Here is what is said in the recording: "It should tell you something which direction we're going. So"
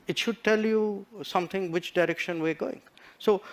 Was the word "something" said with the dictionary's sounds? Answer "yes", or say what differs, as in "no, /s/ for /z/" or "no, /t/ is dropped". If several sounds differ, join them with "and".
no, /t/ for /θ/